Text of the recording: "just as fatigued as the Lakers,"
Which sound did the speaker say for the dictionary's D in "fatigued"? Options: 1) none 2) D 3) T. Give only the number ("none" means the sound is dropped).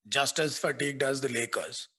2